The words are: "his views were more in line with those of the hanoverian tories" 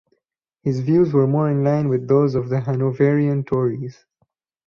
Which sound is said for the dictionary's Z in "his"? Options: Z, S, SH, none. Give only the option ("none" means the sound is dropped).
Z